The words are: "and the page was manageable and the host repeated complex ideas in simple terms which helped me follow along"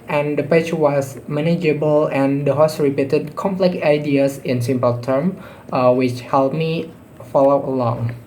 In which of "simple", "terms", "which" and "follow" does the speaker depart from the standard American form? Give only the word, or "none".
terms